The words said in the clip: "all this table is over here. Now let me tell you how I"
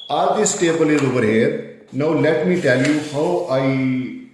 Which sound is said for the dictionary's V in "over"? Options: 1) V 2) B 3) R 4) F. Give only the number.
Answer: 2